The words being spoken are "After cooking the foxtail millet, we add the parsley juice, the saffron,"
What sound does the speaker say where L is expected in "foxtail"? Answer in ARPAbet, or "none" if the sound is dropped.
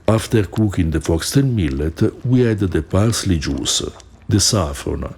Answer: N